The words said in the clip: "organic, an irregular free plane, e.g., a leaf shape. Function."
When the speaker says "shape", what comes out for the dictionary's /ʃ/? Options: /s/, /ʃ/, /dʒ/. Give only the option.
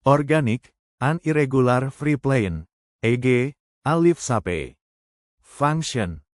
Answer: /s/